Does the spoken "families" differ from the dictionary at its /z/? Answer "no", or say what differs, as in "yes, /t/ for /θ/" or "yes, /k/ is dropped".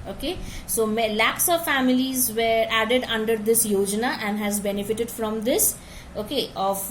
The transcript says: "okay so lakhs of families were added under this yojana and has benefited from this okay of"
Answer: no